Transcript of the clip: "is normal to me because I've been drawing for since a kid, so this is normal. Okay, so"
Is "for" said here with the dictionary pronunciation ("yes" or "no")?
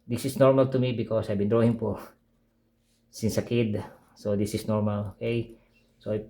no